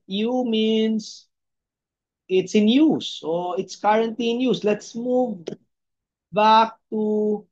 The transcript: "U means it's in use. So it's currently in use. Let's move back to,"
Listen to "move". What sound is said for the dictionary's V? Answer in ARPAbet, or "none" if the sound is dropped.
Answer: V